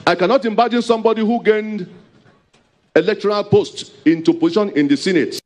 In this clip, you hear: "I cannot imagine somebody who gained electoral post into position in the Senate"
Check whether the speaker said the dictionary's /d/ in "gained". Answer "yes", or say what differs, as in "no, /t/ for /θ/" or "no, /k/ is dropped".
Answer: yes